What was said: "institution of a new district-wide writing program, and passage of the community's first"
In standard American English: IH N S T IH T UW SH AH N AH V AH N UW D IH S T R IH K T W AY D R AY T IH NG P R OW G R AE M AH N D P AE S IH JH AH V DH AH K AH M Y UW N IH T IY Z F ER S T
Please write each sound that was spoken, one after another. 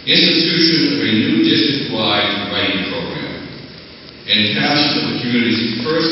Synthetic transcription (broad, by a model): IH N S T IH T UW SH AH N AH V AH N UW D IH S T R IH K T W AY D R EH IH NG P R OW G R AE M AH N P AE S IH AH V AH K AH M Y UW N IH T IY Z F ER S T